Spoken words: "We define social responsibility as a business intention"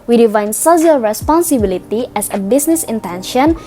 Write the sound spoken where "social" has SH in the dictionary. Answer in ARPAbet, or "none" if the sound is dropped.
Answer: S